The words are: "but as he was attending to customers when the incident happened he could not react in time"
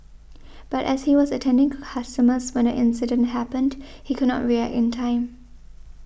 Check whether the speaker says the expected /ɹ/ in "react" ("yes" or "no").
yes